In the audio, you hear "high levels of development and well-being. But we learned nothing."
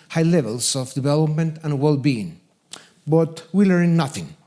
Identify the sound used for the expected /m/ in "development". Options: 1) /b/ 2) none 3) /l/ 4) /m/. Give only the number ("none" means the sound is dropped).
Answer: 4